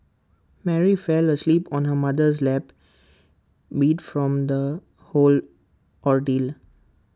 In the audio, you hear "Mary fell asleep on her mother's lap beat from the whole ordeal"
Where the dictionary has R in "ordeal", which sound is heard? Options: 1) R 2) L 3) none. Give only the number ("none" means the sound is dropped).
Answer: 1